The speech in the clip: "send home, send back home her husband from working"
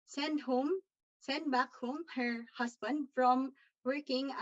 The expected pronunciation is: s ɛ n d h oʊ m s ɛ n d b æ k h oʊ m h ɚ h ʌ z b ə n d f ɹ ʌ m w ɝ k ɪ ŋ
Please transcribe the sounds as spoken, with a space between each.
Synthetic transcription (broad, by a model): s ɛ n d h oʊ m s ɛ n d b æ k h oʊ m h ɚ h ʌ s b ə n d f ɹ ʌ m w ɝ k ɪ ŋ